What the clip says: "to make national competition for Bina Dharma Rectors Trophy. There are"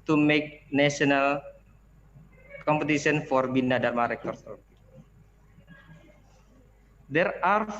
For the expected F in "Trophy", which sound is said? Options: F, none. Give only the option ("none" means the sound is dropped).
none